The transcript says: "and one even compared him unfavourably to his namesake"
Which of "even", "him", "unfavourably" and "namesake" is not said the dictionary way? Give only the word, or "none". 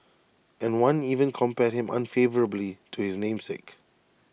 none